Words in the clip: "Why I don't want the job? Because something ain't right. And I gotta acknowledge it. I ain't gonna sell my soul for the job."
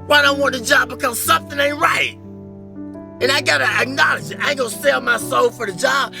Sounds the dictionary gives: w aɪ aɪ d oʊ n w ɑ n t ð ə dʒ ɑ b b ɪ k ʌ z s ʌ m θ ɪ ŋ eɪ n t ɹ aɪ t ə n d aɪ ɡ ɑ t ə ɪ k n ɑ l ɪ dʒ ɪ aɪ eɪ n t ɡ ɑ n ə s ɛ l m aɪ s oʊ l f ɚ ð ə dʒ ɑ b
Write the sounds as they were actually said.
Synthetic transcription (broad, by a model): w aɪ aɪ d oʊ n w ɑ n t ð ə dʒ ɑ b b ɪ k ʌ z s ʌ m θ ɪ ŋ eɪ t ɹ aɪ t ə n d aɪ ɡ ɑ t ə ɪ k n ɑ l ɪ dʒ ɪ aɪ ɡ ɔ ə s ɛ l m aɪ s oʊ l f ɚ ð ə dʒ ɑ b